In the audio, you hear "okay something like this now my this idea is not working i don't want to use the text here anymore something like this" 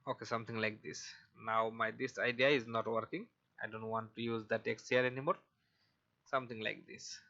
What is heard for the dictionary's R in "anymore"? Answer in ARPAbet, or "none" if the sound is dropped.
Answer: R